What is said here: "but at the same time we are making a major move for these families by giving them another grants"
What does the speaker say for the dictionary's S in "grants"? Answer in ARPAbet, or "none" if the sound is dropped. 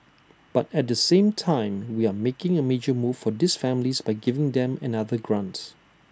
none